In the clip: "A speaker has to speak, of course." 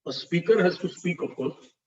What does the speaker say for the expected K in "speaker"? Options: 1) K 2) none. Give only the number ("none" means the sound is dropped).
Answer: 1